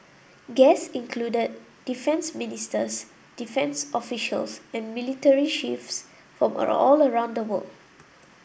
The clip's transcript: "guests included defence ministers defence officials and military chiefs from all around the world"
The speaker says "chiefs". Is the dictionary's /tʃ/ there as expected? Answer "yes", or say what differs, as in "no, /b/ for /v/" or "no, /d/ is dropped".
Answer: no, /ʃ/ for /tʃ/